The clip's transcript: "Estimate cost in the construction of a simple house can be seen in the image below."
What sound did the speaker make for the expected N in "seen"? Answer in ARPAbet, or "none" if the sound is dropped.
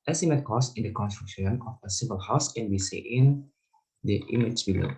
none